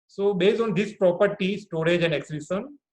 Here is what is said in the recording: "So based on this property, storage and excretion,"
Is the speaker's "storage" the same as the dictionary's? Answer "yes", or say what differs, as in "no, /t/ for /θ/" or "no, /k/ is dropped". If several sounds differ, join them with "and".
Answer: yes